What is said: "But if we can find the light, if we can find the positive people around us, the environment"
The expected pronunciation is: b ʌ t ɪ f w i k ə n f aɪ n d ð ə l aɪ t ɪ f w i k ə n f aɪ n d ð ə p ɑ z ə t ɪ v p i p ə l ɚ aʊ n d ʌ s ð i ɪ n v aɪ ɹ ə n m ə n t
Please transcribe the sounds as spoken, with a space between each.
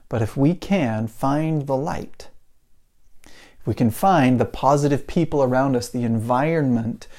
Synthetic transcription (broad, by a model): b ʌ t ɪ f w i k ə n f aɪ n ð ə l aɪ t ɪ f w i k ə n f aɪ n ð ə p ɑ z ə t ɪ v p i p l ɚ aʊ n d ʌ s ð i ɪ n v aɪ ɹ n m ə n t